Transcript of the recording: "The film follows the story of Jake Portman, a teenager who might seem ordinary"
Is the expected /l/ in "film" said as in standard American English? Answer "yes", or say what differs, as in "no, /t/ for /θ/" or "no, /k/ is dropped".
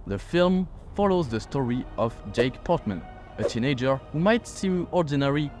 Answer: yes